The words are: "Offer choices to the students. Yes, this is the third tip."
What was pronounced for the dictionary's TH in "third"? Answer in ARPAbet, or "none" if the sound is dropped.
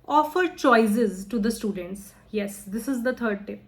T